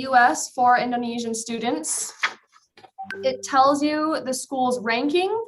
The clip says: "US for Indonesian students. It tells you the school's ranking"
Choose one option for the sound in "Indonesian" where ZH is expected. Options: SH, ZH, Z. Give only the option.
ZH